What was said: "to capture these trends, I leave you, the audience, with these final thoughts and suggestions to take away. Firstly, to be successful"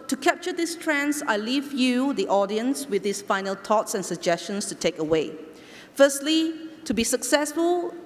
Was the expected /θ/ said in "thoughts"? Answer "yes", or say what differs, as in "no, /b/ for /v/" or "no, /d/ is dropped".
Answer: no, /t/ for /θ/